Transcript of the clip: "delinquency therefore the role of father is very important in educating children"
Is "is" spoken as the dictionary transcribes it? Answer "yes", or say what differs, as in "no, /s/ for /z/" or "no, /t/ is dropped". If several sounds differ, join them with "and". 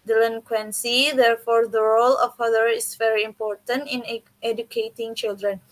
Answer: no, /s/ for /z/